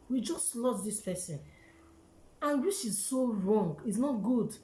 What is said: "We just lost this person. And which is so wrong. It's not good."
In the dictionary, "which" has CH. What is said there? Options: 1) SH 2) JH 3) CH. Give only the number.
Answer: 1